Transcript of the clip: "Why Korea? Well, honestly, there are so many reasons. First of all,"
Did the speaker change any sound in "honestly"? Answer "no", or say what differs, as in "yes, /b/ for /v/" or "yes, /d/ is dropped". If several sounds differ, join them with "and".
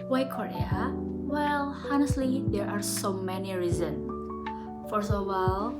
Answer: no